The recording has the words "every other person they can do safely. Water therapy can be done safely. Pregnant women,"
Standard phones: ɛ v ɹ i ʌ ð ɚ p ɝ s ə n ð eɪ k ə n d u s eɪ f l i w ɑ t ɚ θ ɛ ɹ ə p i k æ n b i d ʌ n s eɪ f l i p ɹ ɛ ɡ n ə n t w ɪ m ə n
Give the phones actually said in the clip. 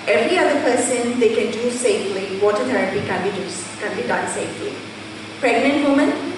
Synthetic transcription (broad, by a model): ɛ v ɹ i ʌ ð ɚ p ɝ s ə n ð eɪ k ə n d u s eɪ f l i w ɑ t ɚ t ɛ ɹ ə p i k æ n b i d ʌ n s eɪ f l i p ɹ ɛ ɡ n ə n t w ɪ m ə n